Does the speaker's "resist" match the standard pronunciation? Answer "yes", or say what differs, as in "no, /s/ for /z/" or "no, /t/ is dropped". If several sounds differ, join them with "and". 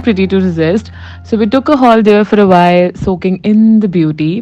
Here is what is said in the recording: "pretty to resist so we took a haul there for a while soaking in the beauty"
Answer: yes